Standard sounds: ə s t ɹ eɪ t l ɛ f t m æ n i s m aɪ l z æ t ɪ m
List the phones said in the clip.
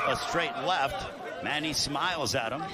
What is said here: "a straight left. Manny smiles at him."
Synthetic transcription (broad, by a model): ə s t ɹ eɪ t l ɛ f t m æ n i s m aɪ l z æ t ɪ m